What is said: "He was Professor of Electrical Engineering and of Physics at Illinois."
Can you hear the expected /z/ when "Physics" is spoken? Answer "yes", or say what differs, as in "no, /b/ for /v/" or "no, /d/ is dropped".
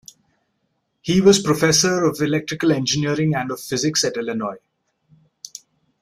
yes